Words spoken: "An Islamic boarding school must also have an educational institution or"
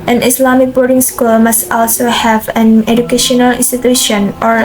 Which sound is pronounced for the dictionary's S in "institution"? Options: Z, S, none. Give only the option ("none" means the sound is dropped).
S